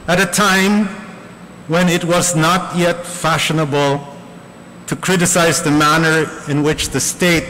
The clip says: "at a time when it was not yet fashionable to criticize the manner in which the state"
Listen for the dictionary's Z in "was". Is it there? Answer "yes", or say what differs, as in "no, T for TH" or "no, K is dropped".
yes